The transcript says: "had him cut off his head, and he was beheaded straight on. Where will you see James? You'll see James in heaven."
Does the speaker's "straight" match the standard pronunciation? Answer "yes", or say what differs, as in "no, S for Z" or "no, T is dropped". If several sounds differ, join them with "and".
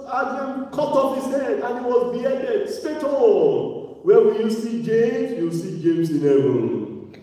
no, R is dropped